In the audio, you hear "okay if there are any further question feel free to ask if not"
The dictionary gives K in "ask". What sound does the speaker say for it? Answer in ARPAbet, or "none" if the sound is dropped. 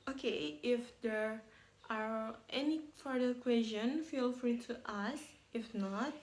none